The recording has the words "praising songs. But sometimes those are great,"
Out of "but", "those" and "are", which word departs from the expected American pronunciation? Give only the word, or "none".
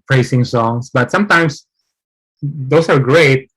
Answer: those